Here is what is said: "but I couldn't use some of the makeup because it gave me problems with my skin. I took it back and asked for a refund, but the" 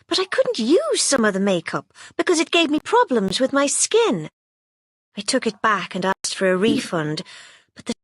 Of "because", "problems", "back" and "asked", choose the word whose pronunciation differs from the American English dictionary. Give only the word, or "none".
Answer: none